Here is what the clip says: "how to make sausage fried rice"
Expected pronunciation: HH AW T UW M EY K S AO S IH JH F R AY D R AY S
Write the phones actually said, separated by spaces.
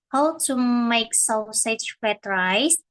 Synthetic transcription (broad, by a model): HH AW T UW M EY K S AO S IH CH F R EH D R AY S